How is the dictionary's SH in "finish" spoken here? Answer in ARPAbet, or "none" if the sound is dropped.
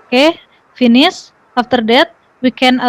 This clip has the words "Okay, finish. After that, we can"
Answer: S